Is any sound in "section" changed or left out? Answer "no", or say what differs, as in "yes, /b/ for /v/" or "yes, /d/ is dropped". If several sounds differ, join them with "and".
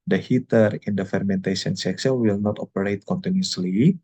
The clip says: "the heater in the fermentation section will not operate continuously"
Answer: yes, /s/ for /ʃ/